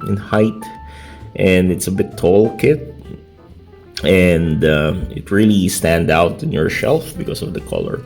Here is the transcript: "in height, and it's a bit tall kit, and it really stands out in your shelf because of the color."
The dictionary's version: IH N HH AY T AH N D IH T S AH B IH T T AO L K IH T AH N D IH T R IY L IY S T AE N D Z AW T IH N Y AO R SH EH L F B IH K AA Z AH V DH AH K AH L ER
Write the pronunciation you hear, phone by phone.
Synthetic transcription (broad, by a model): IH N HH AY T AH N D IH T S AH B IH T T AO L K IH T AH N D IH T R IY L IY S T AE N D AW T IH N Y AO R SH EH L F B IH K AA S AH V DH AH K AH L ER